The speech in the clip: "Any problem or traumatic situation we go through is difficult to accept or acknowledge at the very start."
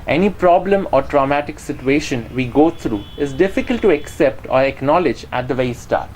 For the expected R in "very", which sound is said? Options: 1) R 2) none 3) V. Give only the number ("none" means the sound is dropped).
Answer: 2